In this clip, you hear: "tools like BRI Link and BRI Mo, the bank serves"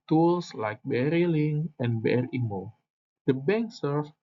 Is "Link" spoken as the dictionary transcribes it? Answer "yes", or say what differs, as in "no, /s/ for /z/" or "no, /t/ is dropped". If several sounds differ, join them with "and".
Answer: no, /k/ is dropped